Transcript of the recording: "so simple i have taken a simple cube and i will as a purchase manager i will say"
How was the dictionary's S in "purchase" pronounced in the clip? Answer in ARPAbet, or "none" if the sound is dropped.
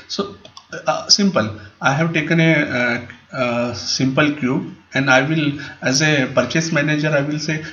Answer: S